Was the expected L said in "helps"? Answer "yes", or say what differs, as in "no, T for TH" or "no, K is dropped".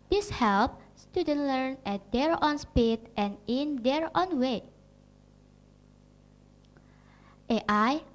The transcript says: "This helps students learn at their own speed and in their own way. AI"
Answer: yes